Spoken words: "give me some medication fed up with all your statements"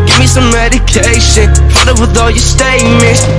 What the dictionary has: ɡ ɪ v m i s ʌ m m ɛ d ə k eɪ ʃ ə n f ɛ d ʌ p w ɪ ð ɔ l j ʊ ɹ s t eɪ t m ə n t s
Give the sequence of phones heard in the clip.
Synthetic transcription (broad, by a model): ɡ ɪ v m i s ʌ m m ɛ d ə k eɪ ʃ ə n p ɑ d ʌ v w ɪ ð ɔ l j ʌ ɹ s t eɪ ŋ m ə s